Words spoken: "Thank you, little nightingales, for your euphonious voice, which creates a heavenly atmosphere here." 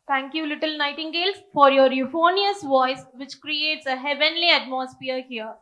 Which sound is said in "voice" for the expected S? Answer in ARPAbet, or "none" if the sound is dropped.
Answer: S